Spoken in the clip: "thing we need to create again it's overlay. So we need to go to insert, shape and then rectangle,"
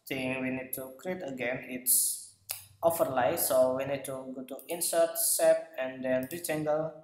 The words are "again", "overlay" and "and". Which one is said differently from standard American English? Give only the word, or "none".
overlay